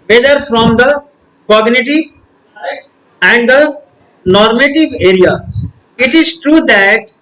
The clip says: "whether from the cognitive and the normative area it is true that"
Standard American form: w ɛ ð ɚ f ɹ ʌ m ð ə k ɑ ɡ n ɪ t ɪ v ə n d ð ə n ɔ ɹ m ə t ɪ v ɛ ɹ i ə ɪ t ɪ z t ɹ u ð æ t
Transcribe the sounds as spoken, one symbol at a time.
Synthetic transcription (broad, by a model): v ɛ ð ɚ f ɹ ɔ m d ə k ɑ ɡ n ɪ t ɪ v ə n d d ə n ɔ ɹ m ə t ɪ v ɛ ɹ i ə ɪ t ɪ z t ɹ u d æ t